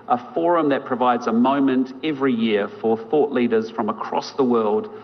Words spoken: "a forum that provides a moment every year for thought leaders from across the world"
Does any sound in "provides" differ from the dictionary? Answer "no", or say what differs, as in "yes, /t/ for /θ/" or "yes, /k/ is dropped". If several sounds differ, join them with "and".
no